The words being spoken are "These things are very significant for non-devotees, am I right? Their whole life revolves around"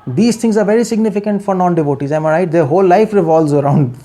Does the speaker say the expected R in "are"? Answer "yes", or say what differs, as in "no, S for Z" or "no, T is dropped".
yes